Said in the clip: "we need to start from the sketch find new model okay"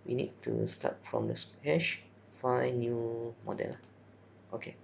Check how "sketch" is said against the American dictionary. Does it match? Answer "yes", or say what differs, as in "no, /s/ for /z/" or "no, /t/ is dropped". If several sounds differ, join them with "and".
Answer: no, /ʃ/ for /tʃ/